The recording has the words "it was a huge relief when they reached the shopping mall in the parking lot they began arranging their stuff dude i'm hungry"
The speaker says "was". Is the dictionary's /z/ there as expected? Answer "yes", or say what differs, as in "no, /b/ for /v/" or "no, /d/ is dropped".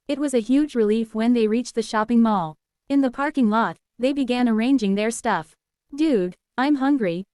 yes